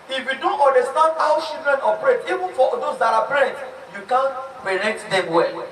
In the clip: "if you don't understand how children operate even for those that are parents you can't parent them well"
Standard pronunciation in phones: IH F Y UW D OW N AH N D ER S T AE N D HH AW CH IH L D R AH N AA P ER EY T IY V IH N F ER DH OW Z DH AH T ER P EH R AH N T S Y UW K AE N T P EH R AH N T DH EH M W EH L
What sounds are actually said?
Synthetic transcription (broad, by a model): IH F Y UW D OW N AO N D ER S T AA N D AW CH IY L D R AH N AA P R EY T IY V IH N F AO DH OW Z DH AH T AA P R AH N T Y UW K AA N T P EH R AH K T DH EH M W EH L